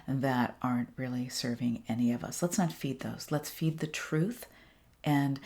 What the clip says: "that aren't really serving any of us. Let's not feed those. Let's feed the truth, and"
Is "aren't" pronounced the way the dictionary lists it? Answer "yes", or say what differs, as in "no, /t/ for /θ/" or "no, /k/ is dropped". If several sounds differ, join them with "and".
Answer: yes